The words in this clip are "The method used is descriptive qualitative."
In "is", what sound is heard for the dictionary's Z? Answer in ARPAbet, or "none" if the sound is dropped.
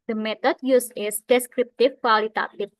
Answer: S